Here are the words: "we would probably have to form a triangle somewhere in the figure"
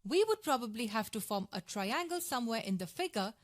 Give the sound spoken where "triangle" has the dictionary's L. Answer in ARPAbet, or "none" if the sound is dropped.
L